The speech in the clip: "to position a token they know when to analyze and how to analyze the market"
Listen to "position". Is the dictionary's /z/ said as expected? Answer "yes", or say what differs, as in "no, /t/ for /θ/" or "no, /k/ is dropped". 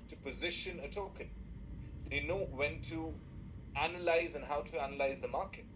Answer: yes